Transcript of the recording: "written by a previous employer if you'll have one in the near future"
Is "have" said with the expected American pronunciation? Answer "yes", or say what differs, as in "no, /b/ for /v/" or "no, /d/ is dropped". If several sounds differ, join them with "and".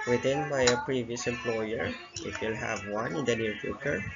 yes